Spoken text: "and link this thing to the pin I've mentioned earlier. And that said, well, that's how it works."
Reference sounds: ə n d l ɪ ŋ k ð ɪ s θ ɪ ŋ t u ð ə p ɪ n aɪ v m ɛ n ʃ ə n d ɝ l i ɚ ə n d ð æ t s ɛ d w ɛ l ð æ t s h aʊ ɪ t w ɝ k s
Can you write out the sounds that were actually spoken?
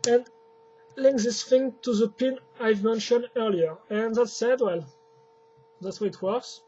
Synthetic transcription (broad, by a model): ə n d l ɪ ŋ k ð ɪ s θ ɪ ŋ t u ð ə p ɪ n aɪ v m ɛ n ʃ ə n d ɝ l i ɚ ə n ð æ t s ɛ d w ɛ l ð æ t s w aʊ ɪ t w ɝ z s